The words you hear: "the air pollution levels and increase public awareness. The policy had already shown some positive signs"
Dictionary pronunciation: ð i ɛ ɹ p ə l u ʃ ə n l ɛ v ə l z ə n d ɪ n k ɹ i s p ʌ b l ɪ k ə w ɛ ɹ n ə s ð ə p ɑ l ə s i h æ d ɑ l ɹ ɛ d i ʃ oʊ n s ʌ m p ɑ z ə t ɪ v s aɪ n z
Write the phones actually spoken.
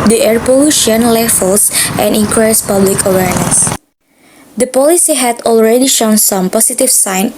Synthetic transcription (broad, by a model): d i ɛ ɹ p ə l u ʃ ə n l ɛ f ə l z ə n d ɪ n k ɹ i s p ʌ b l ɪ k ə w ɛ ɹ n ə s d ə p ɑ l ə s i h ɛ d ɑ l ɹ ɛ d i ʃ oʊ n s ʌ m p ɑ s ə t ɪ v s aɪ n